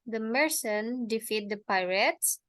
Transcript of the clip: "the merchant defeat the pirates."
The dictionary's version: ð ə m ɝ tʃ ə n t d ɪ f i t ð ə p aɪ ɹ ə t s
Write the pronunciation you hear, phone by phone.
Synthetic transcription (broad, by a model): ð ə m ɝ s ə n d ɪ f i t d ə p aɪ ɹ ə t s